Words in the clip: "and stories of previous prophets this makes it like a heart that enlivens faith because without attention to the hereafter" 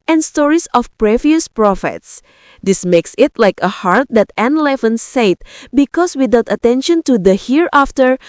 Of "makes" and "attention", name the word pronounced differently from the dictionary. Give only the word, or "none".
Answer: none